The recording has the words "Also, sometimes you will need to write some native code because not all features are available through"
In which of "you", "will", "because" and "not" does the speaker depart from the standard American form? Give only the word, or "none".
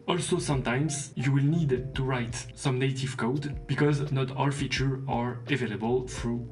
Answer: none